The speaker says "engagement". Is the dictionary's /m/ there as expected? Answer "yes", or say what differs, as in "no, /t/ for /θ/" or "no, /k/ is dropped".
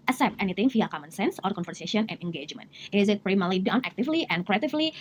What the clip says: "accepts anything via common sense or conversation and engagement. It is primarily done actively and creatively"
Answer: yes